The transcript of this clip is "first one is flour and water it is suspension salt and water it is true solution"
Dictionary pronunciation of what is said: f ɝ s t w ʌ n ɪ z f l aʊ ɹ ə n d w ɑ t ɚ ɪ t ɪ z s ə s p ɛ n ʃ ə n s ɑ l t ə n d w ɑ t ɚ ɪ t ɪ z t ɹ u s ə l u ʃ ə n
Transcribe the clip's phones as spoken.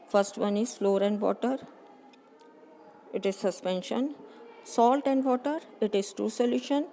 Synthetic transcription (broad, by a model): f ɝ s t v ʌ n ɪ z f l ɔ ɹ ə n d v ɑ t ɚ ɪ t ɪ z s ə s p ɛ n ʃ ə n s ɑ l t ə n d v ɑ t ɚ ɪ t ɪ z t u s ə l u ʃ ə n